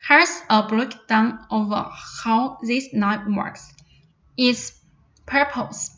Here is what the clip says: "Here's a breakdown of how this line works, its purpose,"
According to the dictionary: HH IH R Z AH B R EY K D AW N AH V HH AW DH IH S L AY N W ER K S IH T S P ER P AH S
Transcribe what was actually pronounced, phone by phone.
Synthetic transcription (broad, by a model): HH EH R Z AH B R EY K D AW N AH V HH AW DH IH S N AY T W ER K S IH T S P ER P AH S